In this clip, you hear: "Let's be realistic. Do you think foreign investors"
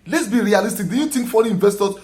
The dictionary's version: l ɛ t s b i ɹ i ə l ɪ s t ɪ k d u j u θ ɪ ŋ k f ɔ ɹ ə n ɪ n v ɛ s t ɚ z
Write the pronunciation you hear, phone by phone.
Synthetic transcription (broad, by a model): l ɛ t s b i ɹ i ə l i s t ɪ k d u j u t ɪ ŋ k f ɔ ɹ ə ɪ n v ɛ s t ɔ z